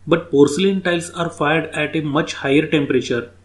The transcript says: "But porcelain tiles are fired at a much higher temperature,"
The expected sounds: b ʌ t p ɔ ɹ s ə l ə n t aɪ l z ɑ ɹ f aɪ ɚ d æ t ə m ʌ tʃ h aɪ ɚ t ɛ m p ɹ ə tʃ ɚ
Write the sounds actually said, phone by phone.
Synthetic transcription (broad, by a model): b ʌ t p ɔ ɹ s ə l ə n t aɪ l s ɑ ɹ f aɪ ɚ d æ t ə m ʌ tʃ h aɪ ɚ t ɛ m p ɹ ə tʃ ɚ